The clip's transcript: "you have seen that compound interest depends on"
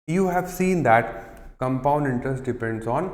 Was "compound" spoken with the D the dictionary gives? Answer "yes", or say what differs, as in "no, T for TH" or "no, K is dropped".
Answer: yes